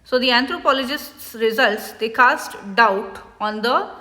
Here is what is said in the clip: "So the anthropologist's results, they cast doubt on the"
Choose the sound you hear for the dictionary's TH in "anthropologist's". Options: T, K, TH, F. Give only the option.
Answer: T